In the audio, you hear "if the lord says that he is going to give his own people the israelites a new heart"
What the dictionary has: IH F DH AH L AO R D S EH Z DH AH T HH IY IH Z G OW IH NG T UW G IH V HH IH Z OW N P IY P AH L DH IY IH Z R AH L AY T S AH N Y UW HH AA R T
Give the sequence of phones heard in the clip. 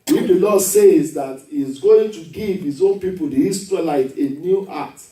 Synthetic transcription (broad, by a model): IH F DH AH L AO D S EH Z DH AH T HH IY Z G OW IH NG T UW G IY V HH IH Z OW N P IY P AH L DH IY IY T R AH L AY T AH N Y UW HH AA T